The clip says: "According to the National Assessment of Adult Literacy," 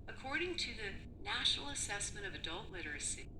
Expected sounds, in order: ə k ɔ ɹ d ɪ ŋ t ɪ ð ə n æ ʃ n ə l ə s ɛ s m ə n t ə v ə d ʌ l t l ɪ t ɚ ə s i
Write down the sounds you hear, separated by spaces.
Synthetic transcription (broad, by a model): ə k ɔ ɹ d ɪ ŋ t ɪ ð ə n æ ʃ n l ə s ɛ s m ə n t ə v ə d ʌ l t l ɪ t ɚ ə s i